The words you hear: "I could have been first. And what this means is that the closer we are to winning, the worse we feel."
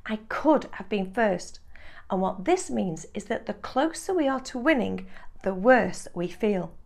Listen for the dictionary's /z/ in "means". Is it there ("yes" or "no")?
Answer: yes